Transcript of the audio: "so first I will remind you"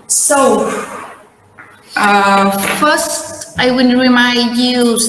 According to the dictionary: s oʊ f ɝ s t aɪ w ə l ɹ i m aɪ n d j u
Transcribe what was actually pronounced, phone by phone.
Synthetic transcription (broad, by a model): s oʊ f ɝ s t aɪ w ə n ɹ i m aɪ n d j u